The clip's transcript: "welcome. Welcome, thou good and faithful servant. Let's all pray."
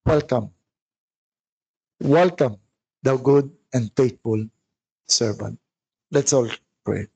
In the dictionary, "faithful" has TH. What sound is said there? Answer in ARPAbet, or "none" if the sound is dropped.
T